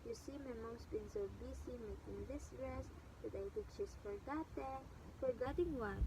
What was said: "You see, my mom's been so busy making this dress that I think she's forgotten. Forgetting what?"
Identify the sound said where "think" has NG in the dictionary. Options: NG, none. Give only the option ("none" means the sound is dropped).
none